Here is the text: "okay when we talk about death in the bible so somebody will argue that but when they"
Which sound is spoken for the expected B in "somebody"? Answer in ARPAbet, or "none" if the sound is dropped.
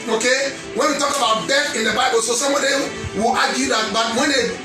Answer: none